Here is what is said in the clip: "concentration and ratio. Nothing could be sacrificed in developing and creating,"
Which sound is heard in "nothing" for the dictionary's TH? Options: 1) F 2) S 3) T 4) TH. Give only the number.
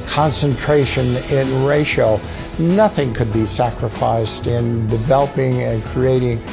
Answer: 4